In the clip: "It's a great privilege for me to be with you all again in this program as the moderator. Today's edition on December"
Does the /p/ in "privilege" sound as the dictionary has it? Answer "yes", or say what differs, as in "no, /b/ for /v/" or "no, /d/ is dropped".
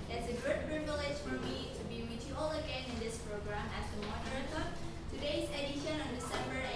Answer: no, /b/ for /p/